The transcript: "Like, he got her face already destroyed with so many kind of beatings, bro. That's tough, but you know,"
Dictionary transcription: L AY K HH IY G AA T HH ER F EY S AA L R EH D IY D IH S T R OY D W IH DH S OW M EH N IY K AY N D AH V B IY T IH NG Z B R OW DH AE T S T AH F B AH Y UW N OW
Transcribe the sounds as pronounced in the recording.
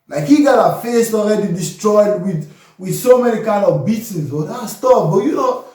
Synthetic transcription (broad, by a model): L AY K HH IY G AA T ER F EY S AA L R EH D IY D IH S T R OY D W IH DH S OW M EH N IY K AY N D AH V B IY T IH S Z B OW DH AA S T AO P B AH Y UW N OW